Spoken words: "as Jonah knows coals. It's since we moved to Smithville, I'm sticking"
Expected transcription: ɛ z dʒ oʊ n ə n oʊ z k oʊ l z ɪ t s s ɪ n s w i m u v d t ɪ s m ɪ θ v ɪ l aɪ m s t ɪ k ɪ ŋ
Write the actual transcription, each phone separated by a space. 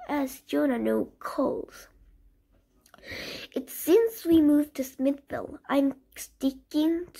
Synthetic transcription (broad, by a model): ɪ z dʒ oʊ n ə n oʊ k oʊ l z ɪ t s s ɪ n s w i m u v t ɪ s m ɪ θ f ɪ l aɪ m s t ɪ k ɪ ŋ